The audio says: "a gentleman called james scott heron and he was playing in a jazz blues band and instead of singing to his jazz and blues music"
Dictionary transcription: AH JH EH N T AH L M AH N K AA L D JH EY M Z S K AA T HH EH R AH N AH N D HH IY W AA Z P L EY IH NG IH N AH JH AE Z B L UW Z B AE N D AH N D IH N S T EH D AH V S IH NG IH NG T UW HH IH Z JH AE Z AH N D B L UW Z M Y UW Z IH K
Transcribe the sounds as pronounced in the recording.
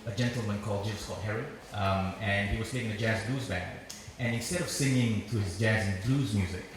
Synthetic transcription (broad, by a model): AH JH EH N T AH L M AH N K AA L D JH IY Z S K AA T HH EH R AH AH N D HH IY W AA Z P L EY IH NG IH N AH JH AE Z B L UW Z B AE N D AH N IH N S T EH D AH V S IH NG IH NG T UW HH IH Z JH AE Z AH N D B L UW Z M Y UW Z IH K